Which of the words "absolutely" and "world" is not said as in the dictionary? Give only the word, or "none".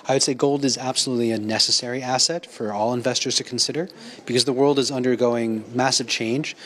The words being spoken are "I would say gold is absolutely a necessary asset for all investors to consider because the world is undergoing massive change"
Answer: none